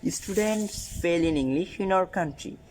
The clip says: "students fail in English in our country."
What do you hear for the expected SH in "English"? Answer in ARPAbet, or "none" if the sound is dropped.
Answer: none